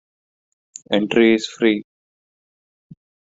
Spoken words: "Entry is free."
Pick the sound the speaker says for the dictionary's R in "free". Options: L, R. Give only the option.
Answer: R